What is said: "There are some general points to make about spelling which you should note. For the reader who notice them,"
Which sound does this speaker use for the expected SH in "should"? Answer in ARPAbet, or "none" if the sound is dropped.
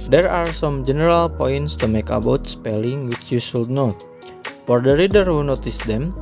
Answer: S